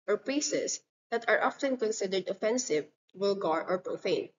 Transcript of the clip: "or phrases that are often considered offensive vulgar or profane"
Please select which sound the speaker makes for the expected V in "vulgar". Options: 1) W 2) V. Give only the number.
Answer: 1